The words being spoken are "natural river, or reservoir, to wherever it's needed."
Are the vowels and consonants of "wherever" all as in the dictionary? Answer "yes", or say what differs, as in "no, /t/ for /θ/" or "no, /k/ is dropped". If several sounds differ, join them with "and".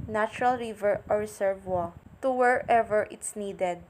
yes